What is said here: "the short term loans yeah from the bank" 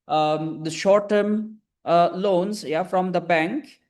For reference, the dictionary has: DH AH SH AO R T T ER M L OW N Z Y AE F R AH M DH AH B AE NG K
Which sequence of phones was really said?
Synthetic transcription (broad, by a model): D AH SH AO R T T ER M L OW N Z Y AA F R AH M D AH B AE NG K